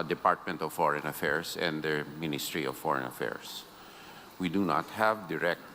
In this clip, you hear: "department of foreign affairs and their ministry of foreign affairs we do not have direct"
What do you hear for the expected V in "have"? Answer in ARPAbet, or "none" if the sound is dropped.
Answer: V